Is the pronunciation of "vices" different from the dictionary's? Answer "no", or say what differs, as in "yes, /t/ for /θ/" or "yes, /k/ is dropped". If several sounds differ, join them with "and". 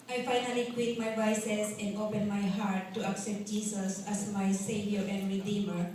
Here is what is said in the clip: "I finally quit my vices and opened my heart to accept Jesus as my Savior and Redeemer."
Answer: yes, /s/ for /z/